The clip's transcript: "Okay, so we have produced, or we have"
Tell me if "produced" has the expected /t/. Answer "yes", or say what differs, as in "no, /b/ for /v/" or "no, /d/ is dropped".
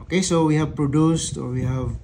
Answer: yes